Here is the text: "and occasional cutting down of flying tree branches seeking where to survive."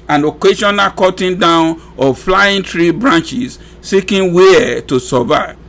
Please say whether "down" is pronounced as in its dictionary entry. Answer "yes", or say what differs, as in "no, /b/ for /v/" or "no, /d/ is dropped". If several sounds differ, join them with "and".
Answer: yes